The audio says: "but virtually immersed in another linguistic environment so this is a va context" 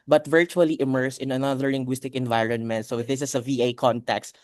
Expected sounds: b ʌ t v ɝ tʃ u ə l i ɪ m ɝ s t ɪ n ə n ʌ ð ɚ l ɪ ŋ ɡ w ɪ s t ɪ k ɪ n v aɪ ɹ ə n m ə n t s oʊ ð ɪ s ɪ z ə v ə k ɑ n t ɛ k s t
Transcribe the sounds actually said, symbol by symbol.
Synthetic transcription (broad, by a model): b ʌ t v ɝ tʃ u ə l i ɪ m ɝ s ɪ n ə n ʌ ð ɚ l ɪ ŋ ɡ w ɪ s t ɪ k ɪ n v aɪ ɹ ə n m ə n t s oʊ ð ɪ s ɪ s ə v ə k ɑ n t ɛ k s t